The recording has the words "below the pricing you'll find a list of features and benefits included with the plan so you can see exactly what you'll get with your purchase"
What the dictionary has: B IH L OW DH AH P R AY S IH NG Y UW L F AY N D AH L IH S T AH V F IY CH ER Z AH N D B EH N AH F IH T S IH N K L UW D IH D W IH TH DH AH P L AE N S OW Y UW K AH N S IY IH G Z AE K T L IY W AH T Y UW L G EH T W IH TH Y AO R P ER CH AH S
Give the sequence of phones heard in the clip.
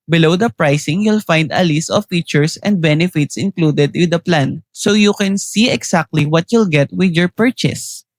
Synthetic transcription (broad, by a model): B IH L OW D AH P R AY S IH NG Y UW L F AY N D AH L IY S T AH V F IY CH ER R AH N D B EH N AH F IH T S IH N K L UW D IH D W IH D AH P L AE N S OW Y UW K AH N S IY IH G S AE K T L IY W AH T Y UW L G EH T W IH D Y AO R P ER CH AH S